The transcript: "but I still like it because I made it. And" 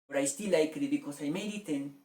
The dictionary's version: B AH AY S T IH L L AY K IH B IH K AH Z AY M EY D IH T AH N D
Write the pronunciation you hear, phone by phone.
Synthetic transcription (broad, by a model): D AY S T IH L L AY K IH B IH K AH S AY M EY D IH T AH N